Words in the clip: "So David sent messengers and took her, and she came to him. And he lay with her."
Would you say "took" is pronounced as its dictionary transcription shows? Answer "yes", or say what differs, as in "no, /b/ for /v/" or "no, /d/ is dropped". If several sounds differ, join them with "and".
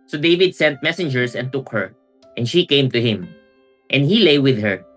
yes